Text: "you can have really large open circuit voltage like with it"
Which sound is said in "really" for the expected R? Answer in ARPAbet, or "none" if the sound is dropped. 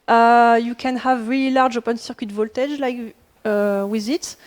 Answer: R